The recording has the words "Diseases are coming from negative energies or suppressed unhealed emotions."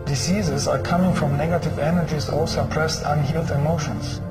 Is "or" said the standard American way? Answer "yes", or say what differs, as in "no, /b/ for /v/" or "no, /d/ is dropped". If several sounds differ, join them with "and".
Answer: no, /l/ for /ɹ/